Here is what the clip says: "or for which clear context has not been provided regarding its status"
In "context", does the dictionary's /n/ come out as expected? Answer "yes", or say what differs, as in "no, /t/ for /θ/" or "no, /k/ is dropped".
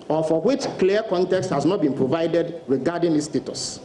yes